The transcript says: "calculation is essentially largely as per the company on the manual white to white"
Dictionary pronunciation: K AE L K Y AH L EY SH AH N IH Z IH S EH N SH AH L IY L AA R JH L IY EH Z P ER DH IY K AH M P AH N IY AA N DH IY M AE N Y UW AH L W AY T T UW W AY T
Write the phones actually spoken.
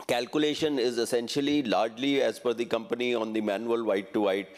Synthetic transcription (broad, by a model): K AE L K Y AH L EY SH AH N IH Z IH S EH N SH AH L IY L AA R JH L IY EH Z F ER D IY K AH M P AH N IY AA N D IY M AE N Y UW AH L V AY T T UW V AY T